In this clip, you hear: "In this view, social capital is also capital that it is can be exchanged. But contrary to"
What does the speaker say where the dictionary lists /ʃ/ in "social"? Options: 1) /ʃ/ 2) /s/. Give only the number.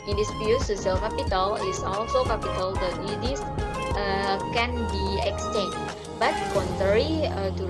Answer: 2